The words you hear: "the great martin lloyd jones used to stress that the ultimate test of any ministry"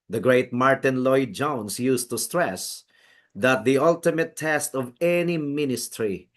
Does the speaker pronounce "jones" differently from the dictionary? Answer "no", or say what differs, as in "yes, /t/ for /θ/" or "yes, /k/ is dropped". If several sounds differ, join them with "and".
yes, /s/ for /z/